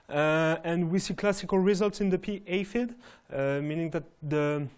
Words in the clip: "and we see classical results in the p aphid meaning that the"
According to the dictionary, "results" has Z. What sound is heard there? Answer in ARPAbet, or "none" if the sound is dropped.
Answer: Z